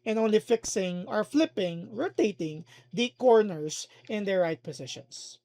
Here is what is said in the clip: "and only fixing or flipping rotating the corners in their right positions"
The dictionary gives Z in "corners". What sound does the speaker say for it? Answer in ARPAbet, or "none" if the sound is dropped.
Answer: S